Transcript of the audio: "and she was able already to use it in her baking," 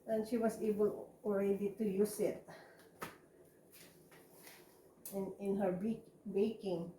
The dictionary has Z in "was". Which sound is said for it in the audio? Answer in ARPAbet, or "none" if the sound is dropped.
S